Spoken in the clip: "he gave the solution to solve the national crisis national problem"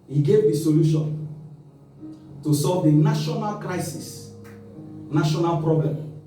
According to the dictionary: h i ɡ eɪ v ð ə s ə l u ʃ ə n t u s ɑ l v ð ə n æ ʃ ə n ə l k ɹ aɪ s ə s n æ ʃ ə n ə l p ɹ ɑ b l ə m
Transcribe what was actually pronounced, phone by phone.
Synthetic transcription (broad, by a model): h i ɡ eɪ v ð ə s ə l u ʃ ə n t u s ɑ l v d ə n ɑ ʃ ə n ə l k ɹ aɪ s ə s n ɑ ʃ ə n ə l p ɹ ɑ b l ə m